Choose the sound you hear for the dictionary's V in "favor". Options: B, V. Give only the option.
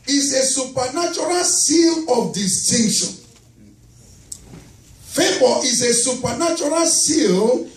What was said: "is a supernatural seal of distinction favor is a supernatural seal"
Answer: B